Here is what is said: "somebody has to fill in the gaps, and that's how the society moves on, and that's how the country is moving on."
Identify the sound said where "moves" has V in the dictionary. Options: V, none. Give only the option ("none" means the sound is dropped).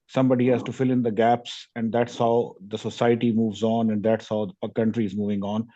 V